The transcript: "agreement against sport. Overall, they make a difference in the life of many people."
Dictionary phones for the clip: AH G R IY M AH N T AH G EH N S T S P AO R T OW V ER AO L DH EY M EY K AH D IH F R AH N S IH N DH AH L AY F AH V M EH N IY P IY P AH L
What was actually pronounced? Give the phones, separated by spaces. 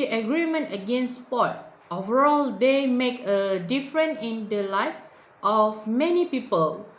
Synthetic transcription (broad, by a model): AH G R IY M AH N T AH G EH N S S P AO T OW V ER AO L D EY M EY K AH D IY F R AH N IH N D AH L AY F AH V M EH N IY P IY P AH L